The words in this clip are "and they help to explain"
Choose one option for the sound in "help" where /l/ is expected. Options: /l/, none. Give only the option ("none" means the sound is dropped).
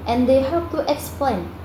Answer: none